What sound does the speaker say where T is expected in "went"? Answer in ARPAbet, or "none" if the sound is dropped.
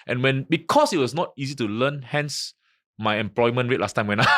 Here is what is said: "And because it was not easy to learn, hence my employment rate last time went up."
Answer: none